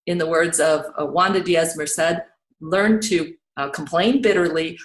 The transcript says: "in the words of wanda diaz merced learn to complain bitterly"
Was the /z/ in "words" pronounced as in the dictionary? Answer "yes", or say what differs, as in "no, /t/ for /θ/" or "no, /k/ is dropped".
yes